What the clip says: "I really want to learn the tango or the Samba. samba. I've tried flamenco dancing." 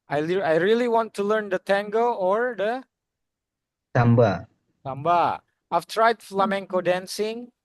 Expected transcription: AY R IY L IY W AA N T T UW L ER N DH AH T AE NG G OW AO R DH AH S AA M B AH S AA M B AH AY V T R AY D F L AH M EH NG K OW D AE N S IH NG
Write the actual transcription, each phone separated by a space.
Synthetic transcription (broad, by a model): AY R IY L IY W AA N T T UW L ER N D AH T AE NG G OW AO R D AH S AA M B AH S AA M B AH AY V T R AY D F L AH M EH NG K OW D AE N S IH NG